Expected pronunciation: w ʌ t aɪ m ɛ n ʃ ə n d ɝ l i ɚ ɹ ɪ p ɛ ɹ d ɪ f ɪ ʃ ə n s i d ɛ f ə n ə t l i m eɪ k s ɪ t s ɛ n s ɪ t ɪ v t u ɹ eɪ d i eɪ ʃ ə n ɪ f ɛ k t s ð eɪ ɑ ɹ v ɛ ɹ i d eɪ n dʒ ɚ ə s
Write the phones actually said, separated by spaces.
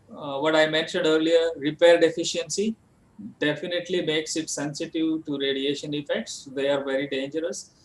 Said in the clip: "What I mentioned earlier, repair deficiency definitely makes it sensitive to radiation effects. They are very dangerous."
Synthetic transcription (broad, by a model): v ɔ t aɪ m ɛ n ʃ ə n d ɝ l i ɚ ɹ ɪ p ɛ ɹ d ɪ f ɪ ʃ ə n s i d ɛ f ə n ə t l i m eɪ k s ɪ t s ɛ n s ɪ t ɪ v t u ɹ eɪ d i eɪ ʃ ə n ɪ f ɛ k t s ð eɪ ɑ ɹ v ɛ ɹ i d eɪ n dʒ ɚ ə s